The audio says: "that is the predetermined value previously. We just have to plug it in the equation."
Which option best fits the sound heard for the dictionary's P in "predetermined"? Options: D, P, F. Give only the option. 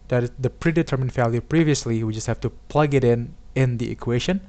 P